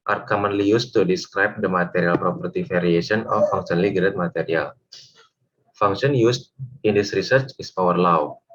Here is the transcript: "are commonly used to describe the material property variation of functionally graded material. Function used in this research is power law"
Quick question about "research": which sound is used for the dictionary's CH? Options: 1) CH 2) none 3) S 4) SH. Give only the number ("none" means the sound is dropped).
1